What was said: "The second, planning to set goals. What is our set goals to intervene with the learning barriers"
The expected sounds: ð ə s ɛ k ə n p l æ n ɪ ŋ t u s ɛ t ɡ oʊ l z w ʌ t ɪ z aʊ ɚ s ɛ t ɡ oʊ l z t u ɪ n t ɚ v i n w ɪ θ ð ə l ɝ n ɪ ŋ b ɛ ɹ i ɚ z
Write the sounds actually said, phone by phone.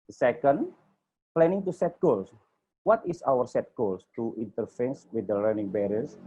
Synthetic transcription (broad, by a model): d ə s ɛ k ə n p l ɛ n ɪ ŋ t u s ɛ t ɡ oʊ l s w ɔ t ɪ s aʊ ɚ s ɛ t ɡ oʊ l s t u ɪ n t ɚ f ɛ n w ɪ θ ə l ɝ n ɪ ŋ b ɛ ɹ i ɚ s